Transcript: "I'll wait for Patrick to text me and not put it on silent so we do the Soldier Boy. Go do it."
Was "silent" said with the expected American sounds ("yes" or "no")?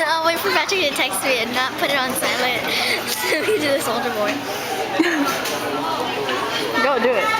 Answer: no